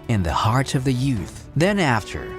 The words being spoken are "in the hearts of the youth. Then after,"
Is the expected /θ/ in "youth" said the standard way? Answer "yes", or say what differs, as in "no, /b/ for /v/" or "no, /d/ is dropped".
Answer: yes